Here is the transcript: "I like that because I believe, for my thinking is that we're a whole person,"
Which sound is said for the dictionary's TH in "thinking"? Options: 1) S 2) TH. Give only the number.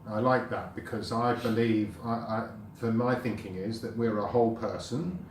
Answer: 2